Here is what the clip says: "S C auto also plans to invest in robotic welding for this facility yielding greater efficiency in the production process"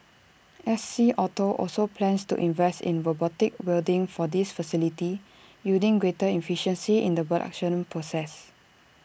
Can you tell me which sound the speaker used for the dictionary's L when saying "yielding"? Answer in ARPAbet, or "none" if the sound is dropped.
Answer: none